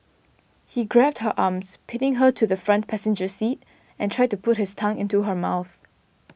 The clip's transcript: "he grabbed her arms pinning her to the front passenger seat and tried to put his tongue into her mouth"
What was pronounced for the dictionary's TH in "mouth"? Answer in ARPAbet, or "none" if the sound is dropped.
TH